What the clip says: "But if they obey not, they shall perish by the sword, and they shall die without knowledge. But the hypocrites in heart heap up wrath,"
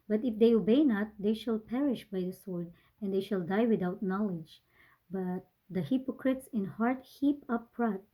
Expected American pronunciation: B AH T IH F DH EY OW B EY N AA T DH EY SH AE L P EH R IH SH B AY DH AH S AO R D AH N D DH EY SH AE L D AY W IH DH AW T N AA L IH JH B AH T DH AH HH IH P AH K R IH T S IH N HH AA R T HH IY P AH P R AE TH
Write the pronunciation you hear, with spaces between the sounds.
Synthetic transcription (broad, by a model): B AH T IH F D EY OW B EY N AA T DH EY SH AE L P EH R IH SH B AY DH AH S AO R D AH N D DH EY SH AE L D AY W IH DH AW T N AA L IH JH B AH T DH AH HH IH P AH K R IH T S IH N HH AA R T HH IY P AH P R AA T